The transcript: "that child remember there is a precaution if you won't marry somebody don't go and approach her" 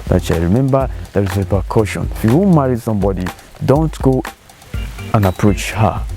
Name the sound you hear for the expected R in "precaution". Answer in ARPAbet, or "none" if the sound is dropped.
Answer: none